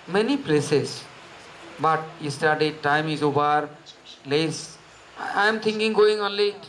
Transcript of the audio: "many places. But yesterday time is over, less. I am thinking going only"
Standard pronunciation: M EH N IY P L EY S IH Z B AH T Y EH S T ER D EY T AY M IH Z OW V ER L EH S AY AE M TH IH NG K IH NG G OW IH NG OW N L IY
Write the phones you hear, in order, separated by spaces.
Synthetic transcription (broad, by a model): M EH N IY P L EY S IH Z B AH T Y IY S T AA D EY T AY M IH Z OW B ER L EH S AY M T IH NG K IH NG G OW IH NG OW N L IY